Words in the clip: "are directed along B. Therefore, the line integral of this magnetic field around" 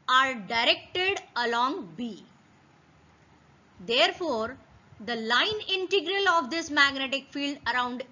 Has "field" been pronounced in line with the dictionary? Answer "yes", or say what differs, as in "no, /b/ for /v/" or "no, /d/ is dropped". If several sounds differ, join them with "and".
yes